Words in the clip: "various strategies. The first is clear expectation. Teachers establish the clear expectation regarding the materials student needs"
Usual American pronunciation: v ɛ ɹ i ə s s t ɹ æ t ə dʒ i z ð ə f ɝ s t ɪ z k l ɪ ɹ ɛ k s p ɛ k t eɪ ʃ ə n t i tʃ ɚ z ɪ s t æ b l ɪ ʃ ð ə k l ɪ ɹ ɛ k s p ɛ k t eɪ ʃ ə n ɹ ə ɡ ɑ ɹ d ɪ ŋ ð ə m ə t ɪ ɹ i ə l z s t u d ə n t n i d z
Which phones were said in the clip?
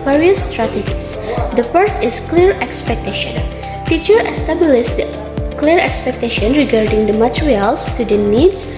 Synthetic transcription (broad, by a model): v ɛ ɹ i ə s s t ɹ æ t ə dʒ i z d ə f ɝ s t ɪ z k l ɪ ɹ ɛ k s p ɛ k t eɪ ʃ ə n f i tʃ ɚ ɪ s t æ b l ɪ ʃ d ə k l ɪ ɹ ɛ k s p ɛ k t eɪ ʃ ə n ɹ ə ɡ ɑ ɹ d ɪ ŋ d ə m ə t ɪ ɹ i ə l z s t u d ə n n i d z